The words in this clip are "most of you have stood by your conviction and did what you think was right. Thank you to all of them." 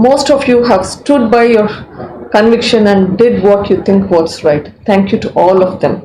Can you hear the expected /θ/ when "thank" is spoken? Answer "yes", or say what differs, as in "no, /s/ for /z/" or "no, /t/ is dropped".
no, /t/ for /θ/